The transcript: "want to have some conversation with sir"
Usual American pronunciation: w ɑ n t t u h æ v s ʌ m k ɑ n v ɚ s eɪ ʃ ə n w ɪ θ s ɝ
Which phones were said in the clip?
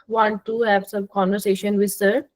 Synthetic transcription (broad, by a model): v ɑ n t t u h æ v s ʌ m k ɑ n v ɚ s eɪ ʃ ə n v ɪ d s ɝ